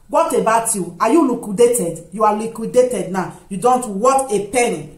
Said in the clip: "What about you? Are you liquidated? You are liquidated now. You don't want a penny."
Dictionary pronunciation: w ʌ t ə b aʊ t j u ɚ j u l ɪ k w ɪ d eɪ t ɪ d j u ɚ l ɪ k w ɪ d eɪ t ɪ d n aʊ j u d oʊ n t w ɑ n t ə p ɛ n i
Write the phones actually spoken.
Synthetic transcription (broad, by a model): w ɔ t ə b aʊ t j u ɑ j u l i k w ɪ d eɪ t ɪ d j u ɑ l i k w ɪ d eɪ t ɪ d n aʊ j u d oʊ n t w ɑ t ə p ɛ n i